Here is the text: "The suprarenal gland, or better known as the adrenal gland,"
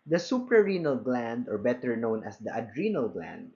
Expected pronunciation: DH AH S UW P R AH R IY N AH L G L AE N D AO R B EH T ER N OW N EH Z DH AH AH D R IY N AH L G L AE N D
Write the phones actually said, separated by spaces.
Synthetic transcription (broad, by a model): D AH S UW P R AH R IY N AH L G L AE N D AO R B EH T ER N OW N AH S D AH AH D R IY N AH L G L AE N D